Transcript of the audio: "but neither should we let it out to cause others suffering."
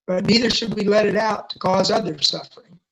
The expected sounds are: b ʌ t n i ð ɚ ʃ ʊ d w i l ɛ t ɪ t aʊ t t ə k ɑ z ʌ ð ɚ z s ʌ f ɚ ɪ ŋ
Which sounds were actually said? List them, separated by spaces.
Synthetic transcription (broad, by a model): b ʌ t n i ð ɚ ʃ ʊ d w i l ɛ t ɪ t aʊ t t ə k ɑ z ʌ ð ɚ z s ʌ f ɚ ɪ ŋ